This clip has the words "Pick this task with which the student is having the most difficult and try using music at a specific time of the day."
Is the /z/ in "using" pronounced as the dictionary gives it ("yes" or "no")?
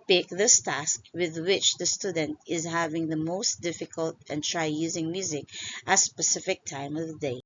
yes